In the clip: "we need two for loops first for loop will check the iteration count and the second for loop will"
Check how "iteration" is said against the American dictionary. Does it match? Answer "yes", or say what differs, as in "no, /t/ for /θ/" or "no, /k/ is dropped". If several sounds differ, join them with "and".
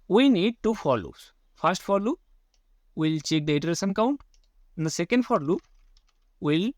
no, /s/ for /ʃ/